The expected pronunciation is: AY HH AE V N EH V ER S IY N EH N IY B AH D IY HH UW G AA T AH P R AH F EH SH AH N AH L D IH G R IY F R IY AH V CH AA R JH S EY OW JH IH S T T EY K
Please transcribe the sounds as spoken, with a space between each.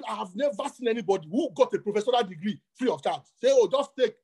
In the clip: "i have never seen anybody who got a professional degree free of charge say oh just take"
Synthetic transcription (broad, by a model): AY HH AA V N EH V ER S IY N EH N IY B AH D IY HH UW G AA T AH P R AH F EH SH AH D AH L D IH G R IY F R IY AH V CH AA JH S EY OW JH IH S T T EY K